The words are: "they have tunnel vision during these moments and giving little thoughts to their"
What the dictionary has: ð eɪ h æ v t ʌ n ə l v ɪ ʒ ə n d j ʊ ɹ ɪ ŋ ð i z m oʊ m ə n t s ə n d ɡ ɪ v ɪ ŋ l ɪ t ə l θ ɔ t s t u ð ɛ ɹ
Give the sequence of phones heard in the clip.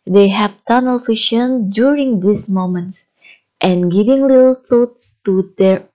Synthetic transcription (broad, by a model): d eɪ h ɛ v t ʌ n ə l f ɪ ʃ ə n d j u ɹ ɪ ŋ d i s m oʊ m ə n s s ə n ɡ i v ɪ ŋ l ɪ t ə l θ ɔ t s t u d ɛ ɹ